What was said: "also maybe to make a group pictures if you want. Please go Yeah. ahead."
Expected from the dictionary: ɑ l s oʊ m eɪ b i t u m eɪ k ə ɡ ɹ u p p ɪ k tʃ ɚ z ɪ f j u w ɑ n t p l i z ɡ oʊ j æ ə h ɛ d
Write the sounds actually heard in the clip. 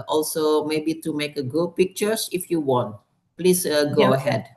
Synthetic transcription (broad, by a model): ɑ l s oʊ m eɪ b i t u m eɪ k ə ɡ u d p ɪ k tʃ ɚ s ɪ f j u w ɑ n t p l i s ɡ oʊ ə h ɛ d